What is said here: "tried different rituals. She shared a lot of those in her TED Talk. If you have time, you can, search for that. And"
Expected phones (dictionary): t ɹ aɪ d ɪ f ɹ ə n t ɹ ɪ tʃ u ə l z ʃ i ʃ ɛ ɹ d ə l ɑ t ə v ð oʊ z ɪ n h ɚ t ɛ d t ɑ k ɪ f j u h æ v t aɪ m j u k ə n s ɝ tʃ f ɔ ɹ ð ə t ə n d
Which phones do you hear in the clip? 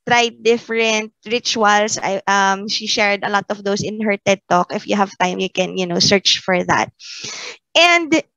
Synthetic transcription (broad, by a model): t ɹ aɪ d ɪ f ɹ ə n t ɹ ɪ tʃ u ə l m ʃ i ʃ ɛ ɹ d ə l ɑ t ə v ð oʊ s ɪ n h ɚ t ɛ d t ɑ k ɪ f j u h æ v t aɪ m j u k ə n s ɝ tʃ f ɔ ɹ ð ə t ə n d